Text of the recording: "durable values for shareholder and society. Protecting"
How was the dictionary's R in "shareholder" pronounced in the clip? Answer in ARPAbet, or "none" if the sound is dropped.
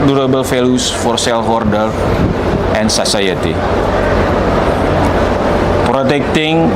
L